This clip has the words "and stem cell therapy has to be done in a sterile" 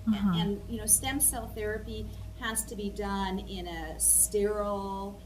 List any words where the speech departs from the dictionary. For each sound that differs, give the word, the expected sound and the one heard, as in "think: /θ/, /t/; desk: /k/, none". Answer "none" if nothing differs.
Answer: none